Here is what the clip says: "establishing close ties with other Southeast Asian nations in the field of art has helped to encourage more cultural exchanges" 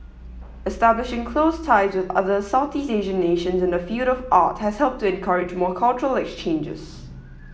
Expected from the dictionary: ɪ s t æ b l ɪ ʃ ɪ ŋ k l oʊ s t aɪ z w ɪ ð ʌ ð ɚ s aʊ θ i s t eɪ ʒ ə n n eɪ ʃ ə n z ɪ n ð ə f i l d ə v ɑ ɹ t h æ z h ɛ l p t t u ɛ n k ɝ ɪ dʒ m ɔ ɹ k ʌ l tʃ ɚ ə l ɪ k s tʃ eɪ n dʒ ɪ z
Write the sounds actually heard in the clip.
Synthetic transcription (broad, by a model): ɪ s t æ b l ɪ ʃ ɪ ŋ k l oʊ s t aɪ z w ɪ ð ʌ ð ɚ s aʊ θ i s eɪ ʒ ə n n eɪ ʃ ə n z ɪ n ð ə f i l d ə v ɑ t h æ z h ɛ l p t t u ɛ n k ɝ ɪ dʒ m ɔ k ʌ l tʃ ɚ ə l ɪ k s tʃ eɪ n dʒ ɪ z